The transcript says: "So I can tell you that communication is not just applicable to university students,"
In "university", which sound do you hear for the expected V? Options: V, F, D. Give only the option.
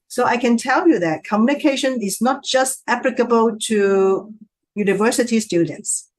V